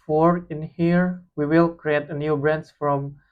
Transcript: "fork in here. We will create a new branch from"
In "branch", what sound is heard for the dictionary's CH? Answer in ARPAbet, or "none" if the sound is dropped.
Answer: S